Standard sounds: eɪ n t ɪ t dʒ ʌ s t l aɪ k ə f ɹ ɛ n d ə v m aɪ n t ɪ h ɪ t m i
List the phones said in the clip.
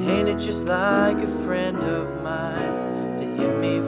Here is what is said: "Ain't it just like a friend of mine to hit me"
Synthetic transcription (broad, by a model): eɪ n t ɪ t dʒ ʌ s t l aɪ k ə f ɹ ɛ n d ə v m aɪ n t ɪ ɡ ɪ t m i